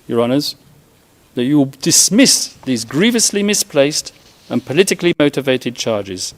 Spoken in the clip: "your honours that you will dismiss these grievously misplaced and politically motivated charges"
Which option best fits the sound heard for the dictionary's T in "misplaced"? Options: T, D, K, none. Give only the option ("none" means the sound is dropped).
T